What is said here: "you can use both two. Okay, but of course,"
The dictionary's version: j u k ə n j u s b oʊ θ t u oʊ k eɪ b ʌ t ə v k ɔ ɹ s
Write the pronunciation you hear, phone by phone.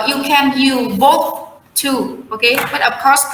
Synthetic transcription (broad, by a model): j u k ə n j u b oʊ θ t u oʊ k eɪ b ʌ t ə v k ɔ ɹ s